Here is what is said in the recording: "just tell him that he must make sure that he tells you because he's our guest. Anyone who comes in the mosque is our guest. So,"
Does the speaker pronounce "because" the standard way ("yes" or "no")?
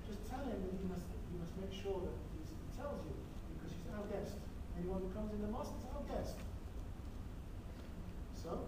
yes